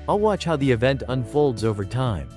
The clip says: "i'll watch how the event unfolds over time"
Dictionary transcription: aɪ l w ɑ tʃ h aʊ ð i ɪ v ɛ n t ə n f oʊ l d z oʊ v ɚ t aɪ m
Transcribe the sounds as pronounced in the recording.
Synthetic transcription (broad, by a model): aɪ l w ɑ tʃ h aʊ ð i ɪ v ɛ n t ə n f oʊ l d z oʊ v ɚ t aɪ m